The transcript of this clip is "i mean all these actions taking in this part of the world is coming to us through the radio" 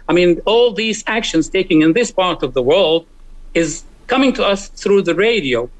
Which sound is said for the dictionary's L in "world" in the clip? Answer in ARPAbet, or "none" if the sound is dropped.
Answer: L